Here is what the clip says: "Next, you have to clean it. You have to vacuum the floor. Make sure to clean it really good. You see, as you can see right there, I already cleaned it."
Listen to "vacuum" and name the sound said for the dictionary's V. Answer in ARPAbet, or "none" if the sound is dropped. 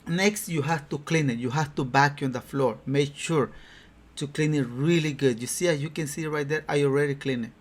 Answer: B